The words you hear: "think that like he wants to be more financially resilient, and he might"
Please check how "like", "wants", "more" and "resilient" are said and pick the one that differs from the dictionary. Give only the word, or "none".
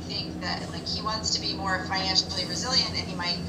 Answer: none